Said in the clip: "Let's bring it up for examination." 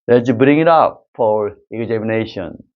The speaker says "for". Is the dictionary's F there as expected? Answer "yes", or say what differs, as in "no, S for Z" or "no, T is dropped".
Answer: yes